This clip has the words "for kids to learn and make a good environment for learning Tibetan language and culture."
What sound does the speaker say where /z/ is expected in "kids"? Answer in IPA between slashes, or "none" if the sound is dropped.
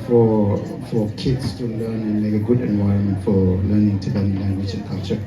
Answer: /s/